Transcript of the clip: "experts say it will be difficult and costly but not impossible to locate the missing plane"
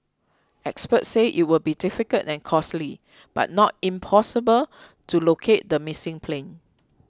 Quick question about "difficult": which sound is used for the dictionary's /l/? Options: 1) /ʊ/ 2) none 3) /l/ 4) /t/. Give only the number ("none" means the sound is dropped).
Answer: 2